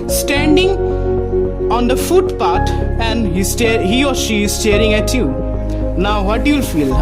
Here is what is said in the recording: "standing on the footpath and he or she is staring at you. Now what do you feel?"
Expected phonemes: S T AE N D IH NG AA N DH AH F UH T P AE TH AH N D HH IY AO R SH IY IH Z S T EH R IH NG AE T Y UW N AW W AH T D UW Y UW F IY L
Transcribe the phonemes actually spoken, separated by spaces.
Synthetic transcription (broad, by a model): S T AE N D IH NG AA N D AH F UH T P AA T AH N D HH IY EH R SH IY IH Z S T EH R IH NG AE T Y UW N AW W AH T D UW Y UW F IY L